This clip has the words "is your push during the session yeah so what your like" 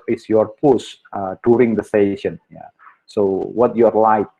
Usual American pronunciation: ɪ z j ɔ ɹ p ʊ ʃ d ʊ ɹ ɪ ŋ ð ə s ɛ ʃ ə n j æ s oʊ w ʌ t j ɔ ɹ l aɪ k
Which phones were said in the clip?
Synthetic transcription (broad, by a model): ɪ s j ɔ ɹ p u s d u ɹ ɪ ŋ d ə s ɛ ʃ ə n j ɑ s oʊ w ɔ t j ɔ ɹ l aɪ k